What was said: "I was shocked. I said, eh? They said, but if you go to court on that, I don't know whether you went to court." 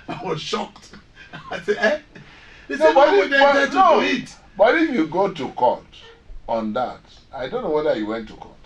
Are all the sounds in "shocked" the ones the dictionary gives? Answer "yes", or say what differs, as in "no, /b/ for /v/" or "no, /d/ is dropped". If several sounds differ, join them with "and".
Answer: yes